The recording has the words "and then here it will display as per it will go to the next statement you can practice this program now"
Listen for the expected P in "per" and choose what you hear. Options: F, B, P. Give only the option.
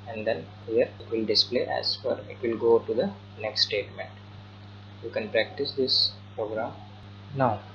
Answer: F